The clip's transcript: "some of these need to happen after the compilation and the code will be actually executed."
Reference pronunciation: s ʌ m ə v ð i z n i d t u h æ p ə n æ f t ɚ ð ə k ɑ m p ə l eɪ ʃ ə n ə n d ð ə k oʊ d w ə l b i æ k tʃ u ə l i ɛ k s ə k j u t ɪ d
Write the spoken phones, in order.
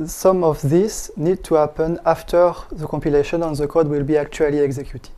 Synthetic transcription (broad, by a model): s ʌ m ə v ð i s n i d t u h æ p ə n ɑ f t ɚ ð ə k ɑ m p ə l eɪ ʃ ə n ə n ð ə k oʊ d w ə l b i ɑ k tʃ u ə l i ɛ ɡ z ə k j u t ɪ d